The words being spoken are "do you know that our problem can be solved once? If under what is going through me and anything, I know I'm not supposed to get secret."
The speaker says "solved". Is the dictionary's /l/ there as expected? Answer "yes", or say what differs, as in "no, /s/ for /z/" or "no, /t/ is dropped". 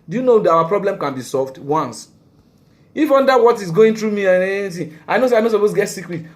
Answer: yes